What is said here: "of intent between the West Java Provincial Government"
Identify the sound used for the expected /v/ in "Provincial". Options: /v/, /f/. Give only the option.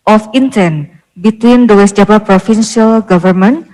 /f/